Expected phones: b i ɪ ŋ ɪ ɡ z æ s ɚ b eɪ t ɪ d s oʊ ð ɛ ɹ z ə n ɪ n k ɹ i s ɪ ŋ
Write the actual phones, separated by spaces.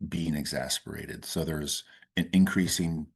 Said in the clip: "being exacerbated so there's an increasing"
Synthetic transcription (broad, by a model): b i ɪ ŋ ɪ ɡ z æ s ɚ eɪ t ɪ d s oʊ ð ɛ ɹ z ə n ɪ n k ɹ i s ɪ ŋ